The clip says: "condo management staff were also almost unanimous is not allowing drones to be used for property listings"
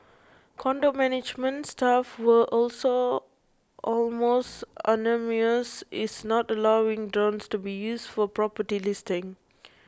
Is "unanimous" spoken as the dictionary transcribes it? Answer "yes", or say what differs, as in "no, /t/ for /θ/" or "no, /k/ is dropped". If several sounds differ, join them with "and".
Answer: no, /m/ is dropped